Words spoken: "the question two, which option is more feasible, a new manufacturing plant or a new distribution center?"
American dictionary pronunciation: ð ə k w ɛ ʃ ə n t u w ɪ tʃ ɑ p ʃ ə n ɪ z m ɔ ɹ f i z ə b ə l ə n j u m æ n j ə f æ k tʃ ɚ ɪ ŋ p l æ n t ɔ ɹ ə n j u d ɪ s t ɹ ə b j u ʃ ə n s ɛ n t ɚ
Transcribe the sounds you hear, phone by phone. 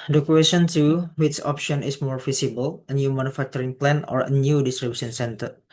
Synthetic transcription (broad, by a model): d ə k w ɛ s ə n t u w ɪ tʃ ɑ p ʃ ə n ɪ s m ɔ ɹ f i s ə b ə l ə n j u m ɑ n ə f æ k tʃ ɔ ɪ ŋ p l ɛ n ɔ ɹ ə n j u d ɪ s t ɹ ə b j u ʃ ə n s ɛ n t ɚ